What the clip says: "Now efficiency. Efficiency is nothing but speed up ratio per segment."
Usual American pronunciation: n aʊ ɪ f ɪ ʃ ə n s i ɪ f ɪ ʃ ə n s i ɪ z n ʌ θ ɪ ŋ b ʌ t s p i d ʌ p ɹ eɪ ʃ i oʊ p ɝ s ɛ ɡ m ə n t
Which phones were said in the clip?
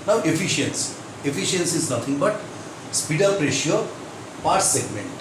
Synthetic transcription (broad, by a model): n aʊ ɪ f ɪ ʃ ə n s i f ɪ ʃ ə n s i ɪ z n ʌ t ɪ ŋ b ʌ t s p i d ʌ p ɹ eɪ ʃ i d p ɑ s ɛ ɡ m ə n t